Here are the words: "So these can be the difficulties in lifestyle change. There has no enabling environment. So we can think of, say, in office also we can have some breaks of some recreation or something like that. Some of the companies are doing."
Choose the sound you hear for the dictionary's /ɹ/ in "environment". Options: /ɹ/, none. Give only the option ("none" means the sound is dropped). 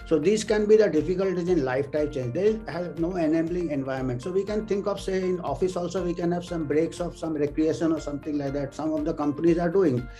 none